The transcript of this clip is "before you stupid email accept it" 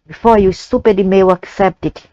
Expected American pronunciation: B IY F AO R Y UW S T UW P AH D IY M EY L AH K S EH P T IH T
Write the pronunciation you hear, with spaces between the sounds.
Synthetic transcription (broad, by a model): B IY F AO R Y UW S T UW P AH D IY M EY W AH K S EH P T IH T